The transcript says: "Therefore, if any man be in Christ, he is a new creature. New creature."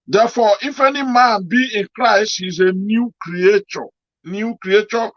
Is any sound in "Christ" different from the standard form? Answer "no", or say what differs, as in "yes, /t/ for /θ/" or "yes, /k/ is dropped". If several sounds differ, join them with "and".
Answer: no